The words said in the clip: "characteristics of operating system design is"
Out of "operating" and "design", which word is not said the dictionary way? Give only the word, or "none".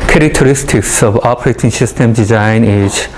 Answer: none